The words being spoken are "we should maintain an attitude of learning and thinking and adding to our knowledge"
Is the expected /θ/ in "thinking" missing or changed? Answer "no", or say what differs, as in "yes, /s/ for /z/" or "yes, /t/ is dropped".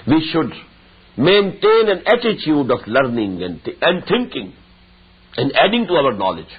yes, /t/ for /θ/